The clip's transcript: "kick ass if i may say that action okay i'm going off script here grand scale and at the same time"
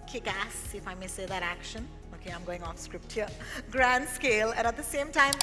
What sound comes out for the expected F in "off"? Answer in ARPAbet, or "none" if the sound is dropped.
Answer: F